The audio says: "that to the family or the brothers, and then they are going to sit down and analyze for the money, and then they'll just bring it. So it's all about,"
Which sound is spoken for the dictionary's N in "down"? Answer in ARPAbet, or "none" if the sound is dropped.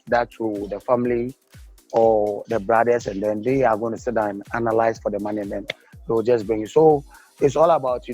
none